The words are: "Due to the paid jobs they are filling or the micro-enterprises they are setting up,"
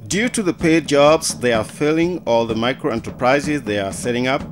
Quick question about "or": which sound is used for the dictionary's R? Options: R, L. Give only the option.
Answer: L